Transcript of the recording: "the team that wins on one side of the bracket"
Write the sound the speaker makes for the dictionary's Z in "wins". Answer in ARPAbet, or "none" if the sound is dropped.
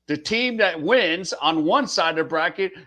Z